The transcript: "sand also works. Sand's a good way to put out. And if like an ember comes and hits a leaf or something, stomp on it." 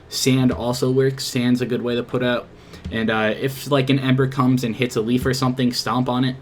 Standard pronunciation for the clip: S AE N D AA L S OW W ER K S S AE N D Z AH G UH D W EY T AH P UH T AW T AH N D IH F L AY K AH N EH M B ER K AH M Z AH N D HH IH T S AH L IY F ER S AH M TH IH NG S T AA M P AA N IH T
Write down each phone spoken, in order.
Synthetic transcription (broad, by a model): S AE N D AA L S OW W ER K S S AE N D Z AH G UH D W EY T AH P UH T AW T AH N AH IH F L AY K AH N EH M B ER K AH M Z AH N HH IH T S AH L IY F ER S AH M TH IH NG S T AA M P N IH T